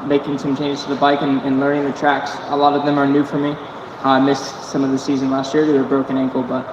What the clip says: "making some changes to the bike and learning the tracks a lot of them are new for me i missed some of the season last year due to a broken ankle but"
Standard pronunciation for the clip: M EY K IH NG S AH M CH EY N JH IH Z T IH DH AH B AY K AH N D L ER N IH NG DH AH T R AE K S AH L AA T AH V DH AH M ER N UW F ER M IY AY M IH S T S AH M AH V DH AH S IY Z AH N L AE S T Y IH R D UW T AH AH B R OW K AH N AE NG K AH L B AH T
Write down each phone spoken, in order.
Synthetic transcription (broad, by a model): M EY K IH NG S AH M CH EY N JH T IH DH AH B AY K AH N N L ER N IH NG DH AH T R AE K S AH L AA T AH V DH AH M ER N UW F ER M IY AY M IH S S AH M AH V DH AH S IY Z AH N L AE S T Y IH R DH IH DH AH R B R OW K AH N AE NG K L B AH T